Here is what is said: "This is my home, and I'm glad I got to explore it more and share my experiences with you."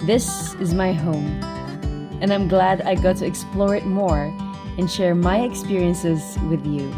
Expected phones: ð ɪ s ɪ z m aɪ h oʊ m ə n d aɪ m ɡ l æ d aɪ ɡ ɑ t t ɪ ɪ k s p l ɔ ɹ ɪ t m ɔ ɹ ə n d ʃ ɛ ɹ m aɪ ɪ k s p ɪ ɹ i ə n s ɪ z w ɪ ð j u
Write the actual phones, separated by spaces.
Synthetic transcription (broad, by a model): ð ɪ s ɪ z m aɪ h oʊ m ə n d aɪ m ɡ l æ d aɪ ɡ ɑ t t ɪ ɪ k s p l ɔ ɹ ɪ t m ɔ ɹ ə n ʃ ɛ ɹ m aɪ ɪ k s p ɪ ɹ i ə n s ɪ z w ɪ ð j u